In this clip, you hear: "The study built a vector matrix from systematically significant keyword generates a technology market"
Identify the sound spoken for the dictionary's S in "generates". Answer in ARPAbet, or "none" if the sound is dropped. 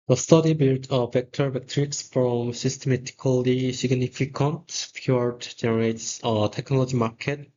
S